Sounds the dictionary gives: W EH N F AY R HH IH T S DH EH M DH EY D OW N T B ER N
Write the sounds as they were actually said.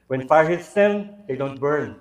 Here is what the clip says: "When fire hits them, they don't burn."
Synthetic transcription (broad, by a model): W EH N F AY R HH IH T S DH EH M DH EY D OW N T B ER N